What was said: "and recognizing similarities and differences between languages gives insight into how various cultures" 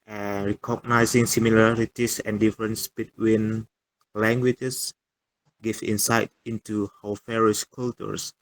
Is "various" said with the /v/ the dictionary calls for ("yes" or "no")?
no